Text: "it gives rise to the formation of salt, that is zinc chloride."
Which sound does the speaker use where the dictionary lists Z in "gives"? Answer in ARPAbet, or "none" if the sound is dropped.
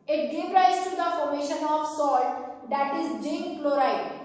none